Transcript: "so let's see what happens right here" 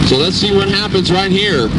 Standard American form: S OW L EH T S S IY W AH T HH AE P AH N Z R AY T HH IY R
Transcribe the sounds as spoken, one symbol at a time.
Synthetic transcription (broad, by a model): S OW L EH T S S IY W AH T HH AE P AH N Z R AY T HH IY R